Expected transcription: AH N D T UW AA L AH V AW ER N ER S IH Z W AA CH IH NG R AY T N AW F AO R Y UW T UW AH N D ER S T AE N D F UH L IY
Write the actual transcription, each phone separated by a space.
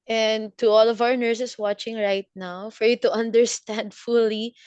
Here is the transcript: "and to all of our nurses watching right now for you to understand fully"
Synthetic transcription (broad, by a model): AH N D T UW AA L AH V AW ER N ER S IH S W AA CH IH NG R AY T N AW F AO R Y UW T UW AH N D ER S T AE N D F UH L IY